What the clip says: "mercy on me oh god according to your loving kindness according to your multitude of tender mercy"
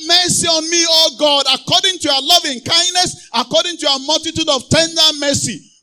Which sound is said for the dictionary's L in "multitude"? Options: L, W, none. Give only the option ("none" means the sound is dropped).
L